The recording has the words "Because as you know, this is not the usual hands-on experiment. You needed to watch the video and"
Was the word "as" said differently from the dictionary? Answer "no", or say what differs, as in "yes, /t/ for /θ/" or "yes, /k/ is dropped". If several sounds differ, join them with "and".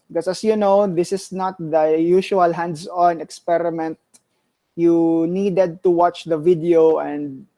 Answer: yes, /s/ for /z/